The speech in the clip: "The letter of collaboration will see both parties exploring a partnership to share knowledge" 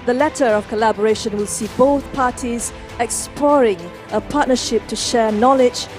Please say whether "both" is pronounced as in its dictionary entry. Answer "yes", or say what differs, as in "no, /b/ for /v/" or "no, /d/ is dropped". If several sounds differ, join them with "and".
yes